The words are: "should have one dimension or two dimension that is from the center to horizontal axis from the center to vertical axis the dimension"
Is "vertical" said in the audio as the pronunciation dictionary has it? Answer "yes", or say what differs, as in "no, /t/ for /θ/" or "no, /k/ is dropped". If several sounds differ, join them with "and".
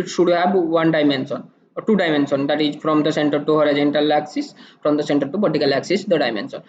no, /b/ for /v/